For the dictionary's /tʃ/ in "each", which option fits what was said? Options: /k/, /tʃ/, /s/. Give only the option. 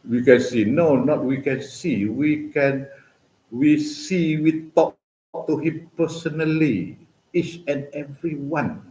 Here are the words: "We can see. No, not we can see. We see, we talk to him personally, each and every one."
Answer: /tʃ/